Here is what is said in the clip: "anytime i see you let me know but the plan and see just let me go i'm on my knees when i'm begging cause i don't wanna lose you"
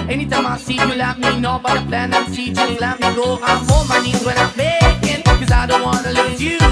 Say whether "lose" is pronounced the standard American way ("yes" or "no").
no